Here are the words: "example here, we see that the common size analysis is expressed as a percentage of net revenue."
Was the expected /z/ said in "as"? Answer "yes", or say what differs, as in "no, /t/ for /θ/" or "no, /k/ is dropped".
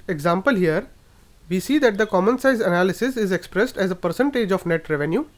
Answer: yes